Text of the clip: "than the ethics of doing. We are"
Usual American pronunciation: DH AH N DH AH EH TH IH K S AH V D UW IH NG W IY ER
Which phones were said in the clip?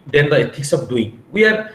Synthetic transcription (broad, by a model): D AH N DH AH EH T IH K S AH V D UW IH NG W IY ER